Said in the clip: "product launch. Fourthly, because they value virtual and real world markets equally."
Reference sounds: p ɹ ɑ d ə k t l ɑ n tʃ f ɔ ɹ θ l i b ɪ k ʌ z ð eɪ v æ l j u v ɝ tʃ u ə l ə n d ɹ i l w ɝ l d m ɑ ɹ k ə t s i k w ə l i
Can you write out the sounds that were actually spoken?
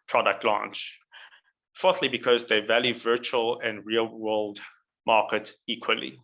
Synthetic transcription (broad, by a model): p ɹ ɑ d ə k t l ɑ n tʃ f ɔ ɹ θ l i b ɪ k ʌ z ð eɪ v æ l j u v ɝ tʃ u ə l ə n ɹ i l w ɝ l d m ɑ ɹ k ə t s i k w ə l i